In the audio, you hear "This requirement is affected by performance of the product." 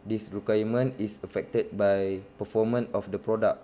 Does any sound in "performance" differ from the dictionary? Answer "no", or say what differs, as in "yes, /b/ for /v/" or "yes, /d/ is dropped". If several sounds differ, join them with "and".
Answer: yes, /s/ is dropped